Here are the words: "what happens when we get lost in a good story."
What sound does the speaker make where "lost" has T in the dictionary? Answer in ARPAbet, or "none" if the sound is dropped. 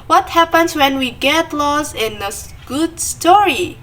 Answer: none